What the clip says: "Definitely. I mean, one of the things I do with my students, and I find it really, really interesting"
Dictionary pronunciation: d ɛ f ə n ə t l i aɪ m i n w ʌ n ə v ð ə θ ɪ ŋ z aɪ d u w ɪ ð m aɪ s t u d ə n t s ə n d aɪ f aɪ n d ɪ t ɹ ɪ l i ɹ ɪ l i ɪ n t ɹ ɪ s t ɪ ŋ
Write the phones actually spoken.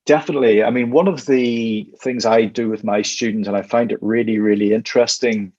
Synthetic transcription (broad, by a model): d ɛ f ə n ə t l i aɪ m i n w ʌ n ə v ð ə θ ɪ ŋ z aɪ d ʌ w ɪ ð m aɪ s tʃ u d n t ə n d aɪ f aɪ n d ɪ t ɹ ɪ l i ɹ ɪ l i ɪ n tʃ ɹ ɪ s t ɪ ŋ